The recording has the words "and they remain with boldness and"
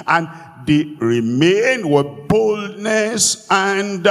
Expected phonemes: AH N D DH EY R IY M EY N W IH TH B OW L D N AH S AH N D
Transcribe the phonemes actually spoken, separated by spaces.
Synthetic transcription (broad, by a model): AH N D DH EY R IY M EY N W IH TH B OW L D N AH S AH N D